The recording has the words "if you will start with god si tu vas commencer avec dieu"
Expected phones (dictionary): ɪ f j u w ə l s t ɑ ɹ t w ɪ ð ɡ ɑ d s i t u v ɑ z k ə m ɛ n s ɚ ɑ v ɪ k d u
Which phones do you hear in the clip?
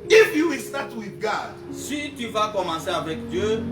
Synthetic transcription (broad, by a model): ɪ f j u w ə s t ɑ t w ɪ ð ɡ ɑ d s i t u v ɑ k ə m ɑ s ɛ ɑ v ɪ k d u